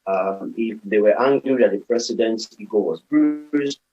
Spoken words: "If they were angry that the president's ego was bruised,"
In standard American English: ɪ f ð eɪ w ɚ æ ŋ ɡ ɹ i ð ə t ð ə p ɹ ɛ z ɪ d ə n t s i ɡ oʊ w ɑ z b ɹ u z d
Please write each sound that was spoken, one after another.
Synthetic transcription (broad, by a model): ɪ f ð eɪ w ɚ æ ŋ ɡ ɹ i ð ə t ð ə p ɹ ɛ s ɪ d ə n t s i ɡ oʊ w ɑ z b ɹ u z